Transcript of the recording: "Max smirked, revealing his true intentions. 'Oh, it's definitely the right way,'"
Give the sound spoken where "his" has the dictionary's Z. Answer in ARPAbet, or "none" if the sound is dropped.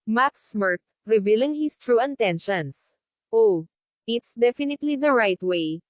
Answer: S